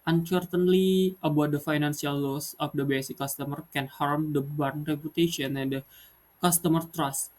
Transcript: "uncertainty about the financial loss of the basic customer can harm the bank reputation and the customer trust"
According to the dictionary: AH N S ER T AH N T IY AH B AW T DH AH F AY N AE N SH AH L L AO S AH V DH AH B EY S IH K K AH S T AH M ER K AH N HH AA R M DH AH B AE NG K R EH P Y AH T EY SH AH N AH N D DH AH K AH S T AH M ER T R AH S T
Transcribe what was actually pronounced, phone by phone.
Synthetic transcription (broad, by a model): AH N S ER T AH N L IY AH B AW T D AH F AY N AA N S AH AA L AO S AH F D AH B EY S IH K K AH S T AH M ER K AH N HH AA R M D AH B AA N R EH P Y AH T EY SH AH N AH N D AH K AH S T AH M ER T R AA S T